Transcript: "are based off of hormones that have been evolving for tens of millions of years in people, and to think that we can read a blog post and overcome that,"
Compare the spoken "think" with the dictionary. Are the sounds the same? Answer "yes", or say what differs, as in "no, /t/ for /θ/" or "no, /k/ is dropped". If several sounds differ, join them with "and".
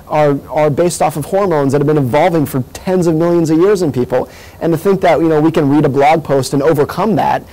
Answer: yes